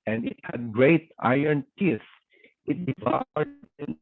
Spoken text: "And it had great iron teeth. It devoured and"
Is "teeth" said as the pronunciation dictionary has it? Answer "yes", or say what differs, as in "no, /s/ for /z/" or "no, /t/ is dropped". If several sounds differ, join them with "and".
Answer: no, /s/ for /θ/